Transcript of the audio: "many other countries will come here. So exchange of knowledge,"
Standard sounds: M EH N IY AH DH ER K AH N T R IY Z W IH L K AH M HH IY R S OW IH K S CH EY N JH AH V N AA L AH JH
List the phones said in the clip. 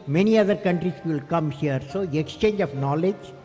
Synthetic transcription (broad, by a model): M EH N IY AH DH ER K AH N T R IY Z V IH L K AH M HH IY R S OW IH K S CH EY N JH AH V N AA L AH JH